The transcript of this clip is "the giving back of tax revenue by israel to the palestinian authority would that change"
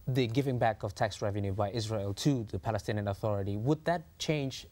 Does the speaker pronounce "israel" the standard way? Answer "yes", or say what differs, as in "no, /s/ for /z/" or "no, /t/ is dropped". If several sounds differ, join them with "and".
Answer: yes